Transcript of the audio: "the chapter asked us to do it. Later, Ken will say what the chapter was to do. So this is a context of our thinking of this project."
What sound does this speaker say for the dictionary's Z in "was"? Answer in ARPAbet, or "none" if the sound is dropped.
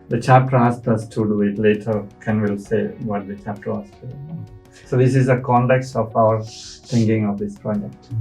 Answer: S